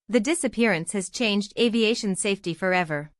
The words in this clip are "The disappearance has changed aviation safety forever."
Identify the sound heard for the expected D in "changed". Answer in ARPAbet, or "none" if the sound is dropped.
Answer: D